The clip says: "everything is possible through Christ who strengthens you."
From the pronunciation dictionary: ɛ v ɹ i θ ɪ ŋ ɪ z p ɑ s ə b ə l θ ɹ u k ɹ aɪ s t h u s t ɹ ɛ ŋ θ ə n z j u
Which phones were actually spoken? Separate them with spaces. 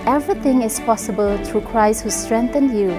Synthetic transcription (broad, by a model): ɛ v ɹ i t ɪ ŋ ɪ s p ɑ s ə b ə l t ɹ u k ɹ aɪ s t h u s t ɹ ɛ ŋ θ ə n j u